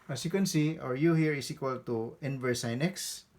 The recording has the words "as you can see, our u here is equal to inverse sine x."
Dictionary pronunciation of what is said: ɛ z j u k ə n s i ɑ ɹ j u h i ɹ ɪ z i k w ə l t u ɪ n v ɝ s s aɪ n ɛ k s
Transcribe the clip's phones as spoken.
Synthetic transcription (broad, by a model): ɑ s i k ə n s i ɑ ɹ j u h i ɹ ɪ s i k w ə l t u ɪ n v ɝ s s aɪ n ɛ k s